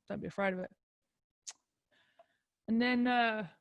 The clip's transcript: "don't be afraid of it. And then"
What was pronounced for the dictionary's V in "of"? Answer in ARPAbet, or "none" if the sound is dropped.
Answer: V